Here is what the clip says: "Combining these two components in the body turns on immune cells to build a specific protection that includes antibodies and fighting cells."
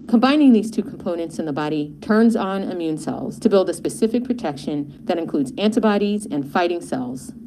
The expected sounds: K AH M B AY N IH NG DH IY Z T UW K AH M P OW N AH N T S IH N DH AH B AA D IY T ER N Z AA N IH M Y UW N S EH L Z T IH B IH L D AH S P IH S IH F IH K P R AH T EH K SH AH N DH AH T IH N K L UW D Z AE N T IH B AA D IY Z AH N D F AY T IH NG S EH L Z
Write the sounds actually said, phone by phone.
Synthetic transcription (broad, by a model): K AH M B AY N IH NG DH IY Z T UW K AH M P OW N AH N T S IH N DH AH B AA D IY T ER N Z N IH M Y UW N S EH L Z T IH B IH L D AH S P IH S IH F IH K P R AH T EH K SH AH N DH AH T IH N K L UW D Z AE N T IH B AA D IY Z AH N F AY T IH NG S EH L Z